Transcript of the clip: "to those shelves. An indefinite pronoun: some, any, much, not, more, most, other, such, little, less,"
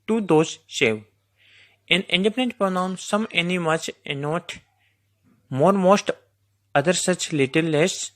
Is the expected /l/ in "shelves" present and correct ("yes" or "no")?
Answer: no